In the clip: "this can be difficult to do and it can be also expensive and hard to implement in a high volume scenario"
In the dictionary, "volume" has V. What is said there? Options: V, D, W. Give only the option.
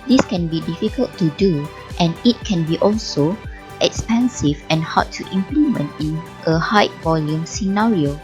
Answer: V